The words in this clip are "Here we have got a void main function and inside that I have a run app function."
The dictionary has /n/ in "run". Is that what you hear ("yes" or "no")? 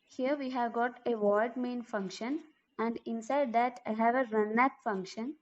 yes